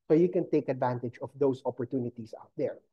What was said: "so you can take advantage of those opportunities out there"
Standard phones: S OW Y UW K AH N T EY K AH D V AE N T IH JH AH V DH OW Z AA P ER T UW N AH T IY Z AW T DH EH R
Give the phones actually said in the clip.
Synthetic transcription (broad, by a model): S OW Y UW K AH N T EY K AH D V AE N T IH JH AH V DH OW S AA P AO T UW N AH T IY S AW T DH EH R